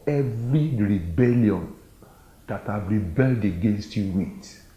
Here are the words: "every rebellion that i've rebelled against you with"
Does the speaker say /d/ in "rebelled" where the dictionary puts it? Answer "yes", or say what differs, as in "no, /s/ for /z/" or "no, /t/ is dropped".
yes